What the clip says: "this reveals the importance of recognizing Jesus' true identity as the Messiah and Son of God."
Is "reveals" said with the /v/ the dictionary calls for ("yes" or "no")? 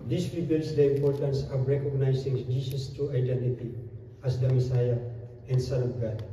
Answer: no